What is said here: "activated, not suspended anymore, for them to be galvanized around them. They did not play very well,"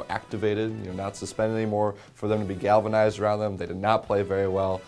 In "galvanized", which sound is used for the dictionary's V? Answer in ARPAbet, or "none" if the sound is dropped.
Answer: V